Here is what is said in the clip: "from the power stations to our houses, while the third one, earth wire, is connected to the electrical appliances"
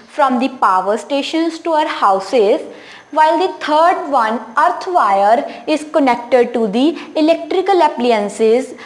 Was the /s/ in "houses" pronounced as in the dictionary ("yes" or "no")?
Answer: yes